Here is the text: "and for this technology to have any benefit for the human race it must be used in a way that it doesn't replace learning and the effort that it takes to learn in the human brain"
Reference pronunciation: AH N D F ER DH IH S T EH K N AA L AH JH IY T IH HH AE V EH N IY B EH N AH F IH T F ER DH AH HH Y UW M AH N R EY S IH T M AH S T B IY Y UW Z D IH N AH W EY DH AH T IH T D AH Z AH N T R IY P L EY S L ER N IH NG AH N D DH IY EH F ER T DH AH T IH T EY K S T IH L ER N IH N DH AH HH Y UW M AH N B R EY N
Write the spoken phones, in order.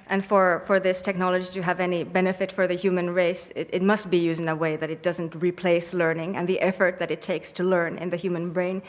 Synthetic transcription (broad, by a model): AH N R F ER DH IH S T EH K N AA L AH JH IY T IH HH V EH N IY B EH N AH F IH T F ER DH AH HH Y UW M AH N R EY S IH T M AH S T B IY Y UW Z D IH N AH W EY DH AH T IH T D AH Z AH N T R IY P L EY S L ER N IH NG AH N DH IY EH F ER T DH AH T IH T EY K S T IH L ER N IH N DH AH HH Y UW M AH N B R EY N